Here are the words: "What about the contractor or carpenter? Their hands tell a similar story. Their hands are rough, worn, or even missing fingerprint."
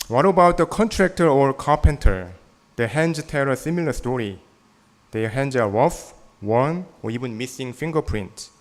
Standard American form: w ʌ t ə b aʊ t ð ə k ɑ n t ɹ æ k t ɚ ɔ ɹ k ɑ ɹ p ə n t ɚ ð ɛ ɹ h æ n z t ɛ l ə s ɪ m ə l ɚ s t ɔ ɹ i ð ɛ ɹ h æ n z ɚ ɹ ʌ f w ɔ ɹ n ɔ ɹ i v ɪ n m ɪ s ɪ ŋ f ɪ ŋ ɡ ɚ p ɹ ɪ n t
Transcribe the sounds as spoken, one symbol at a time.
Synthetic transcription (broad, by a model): w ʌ t ə b aʊ t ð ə k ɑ n t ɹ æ k t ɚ ɔ ɹ k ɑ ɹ p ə n t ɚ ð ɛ h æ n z t ɛ l ə s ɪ m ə l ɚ s t ɔ ɹ i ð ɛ h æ n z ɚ w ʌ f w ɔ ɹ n ɔ ɹ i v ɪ n m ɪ s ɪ ŋ f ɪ ŋ ɡ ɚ p ɹ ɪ n t